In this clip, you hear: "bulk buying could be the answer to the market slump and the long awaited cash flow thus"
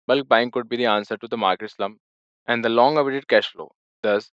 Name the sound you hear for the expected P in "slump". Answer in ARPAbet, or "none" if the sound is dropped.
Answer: none